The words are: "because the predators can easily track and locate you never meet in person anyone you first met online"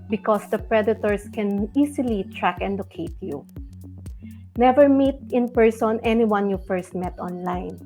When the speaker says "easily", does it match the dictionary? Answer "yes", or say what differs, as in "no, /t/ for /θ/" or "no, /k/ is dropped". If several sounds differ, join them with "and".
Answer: no, /s/ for /z/